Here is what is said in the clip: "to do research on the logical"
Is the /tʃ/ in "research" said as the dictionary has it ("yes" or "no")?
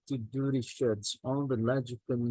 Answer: no